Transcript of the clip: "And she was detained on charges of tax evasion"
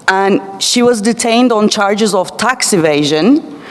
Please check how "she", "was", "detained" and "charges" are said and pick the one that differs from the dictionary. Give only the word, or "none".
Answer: none